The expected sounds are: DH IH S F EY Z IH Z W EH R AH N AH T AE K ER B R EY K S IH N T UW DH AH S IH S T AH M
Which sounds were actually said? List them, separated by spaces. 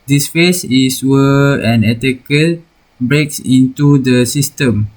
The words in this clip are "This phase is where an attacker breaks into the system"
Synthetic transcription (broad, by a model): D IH S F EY S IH S W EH AH N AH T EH K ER B R EY K S IH N T UW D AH S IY S T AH M